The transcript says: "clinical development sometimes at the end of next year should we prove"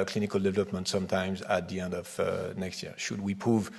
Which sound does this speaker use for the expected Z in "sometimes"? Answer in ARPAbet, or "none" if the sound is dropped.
Z